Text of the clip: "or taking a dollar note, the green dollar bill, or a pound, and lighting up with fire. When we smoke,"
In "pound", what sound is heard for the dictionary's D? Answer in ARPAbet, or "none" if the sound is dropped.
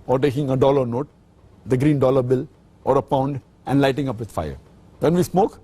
D